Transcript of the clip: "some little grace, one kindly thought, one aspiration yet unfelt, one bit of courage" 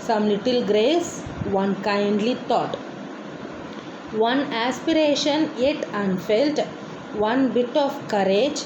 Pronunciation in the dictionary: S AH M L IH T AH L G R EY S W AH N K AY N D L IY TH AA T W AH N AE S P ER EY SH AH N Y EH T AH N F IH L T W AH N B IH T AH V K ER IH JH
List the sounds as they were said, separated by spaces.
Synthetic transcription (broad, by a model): S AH M L IH T AH L G R EY S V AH N K AY N D L IY T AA T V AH N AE S P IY EY SH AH N Y EH T AH N F IH L T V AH N B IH T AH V K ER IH JH